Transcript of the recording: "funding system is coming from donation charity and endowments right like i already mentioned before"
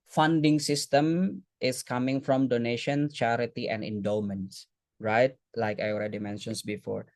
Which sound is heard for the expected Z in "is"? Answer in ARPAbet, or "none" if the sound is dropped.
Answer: S